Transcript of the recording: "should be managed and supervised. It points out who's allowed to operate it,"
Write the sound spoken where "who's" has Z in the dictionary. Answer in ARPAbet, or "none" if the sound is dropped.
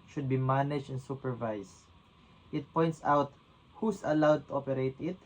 S